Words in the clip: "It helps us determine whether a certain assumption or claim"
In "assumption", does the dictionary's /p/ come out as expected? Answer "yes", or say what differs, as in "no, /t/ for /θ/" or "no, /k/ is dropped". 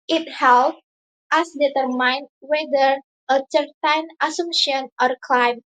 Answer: no, /p/ is dropped